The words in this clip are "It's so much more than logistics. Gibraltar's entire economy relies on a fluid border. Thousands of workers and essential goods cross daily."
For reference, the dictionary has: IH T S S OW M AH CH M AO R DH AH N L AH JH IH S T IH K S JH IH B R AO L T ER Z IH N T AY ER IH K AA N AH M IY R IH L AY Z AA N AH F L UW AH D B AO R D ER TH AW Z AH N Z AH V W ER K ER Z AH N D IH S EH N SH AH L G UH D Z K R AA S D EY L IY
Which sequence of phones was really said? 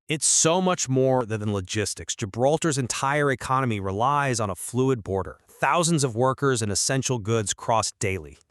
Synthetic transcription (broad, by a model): IH T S S OW M AH CH M AO R DH AH N L AH JH IH S T IH K S JH IH B R AO L T ER Z IH N T AY ER IH K AA N AH M IY R IH L AY Z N AH F L UW AH D B AO R D ER TH AW Z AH N Z AH V W ER K ER Z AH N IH S EH N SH L G UH D Z K R AA S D EY L IY